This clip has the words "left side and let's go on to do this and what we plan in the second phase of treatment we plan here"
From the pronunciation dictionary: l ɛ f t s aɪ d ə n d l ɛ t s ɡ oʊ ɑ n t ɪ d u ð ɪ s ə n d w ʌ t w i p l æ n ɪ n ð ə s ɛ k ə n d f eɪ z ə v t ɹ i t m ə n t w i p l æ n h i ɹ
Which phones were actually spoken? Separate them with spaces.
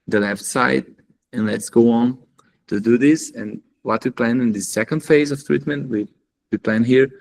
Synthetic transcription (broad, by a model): l ɛ f t s aɪ d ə n l ɛ t s ɡ oʊ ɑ n t ɪ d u ð ɪ s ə n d w ʌ t w i p l æ n ɪ n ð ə s ɛ k ə n d f eɪ z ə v t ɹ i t m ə n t w i p l æ n h i ɹ